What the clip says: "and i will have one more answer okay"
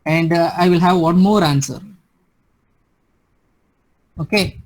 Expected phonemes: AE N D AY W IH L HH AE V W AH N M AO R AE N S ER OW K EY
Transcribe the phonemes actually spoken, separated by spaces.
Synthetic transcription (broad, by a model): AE N D AY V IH L HH AE V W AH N M AO R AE N S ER OW K EY